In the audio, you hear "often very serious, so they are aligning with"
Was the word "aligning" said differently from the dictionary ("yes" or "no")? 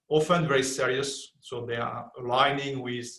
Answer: no